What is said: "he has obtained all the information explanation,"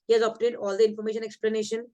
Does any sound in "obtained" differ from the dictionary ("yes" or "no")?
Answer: yes